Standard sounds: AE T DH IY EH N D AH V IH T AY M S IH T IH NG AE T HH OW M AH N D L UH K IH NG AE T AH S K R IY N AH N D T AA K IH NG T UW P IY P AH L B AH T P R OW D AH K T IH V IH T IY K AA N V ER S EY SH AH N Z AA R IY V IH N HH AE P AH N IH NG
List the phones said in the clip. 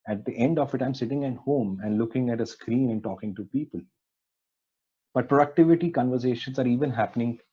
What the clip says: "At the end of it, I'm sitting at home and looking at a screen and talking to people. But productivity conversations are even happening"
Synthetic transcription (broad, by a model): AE T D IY EH N D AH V IH T AY M S IH T IH NG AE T HH OW M AH N D L UH K IH NG AE T AH S K R IY N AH N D T AA K IH NG T UW P IY P AH L B AH T P R OW D AH K T IH V IH T IY K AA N V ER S EY SH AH N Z AA R IY V IH N HH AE P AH N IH NG